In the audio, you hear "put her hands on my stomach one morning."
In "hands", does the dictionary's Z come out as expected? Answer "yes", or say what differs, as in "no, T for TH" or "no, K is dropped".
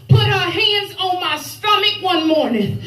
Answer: yes